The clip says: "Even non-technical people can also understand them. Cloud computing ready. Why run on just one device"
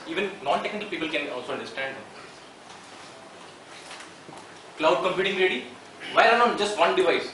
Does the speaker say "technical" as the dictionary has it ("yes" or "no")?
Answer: yes